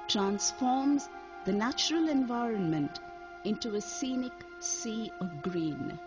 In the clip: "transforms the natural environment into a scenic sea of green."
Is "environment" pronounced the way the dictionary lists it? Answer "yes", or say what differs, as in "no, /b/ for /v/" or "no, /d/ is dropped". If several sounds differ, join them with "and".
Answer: yes